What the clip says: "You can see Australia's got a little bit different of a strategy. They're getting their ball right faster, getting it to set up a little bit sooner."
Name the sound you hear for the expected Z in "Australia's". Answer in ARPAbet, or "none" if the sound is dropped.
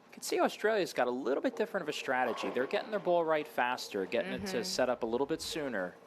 Z